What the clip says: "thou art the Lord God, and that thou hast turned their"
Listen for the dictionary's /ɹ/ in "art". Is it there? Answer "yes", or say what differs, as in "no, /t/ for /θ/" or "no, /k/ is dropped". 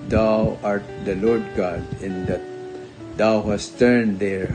yes